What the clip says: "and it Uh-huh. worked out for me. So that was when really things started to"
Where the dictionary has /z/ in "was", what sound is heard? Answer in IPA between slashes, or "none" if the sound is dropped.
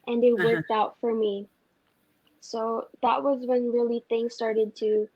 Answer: /z/